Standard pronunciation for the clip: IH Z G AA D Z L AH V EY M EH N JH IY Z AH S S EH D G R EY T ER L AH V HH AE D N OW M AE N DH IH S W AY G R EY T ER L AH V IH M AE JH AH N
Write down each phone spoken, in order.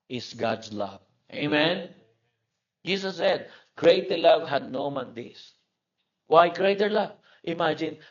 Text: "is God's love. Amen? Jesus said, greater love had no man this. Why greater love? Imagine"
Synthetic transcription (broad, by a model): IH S G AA D S L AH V EY M EH N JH IY S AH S S EH D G R EY T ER L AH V HH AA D N OW M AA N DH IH S W AY G R EY T ER L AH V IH M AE JH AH N